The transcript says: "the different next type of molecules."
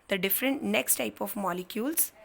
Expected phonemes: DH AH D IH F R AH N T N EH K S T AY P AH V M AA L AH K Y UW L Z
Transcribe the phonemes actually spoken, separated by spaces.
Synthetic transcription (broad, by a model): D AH D IH F R AH N T N EH K S T AY P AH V M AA L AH K Y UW L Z